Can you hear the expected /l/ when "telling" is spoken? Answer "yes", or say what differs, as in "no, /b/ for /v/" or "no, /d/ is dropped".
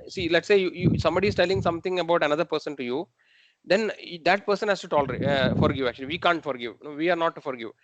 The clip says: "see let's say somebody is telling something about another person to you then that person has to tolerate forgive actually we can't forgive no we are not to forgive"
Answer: yes